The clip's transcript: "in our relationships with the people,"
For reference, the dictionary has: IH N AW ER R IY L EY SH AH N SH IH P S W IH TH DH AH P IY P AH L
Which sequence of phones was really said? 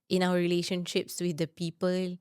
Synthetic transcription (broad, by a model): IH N AW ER R IY L EY SH AH N SH IH P S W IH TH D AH P IY P AH L